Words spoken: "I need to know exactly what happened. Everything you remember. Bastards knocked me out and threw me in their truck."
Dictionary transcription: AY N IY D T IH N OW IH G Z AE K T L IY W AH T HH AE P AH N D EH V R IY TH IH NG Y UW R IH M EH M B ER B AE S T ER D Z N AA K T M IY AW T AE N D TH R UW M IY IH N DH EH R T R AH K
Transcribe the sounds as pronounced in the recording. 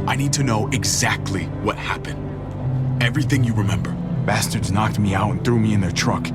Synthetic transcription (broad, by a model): AY N IY D T IH N OW IH G Z AE K T L IY W AH T HH AE P AH N D EH V R IY TH IH NG Y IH R IH M EH M B ER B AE S T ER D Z N AA K T M IY AW T N TH R UW M IY IH N DH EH R T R AH K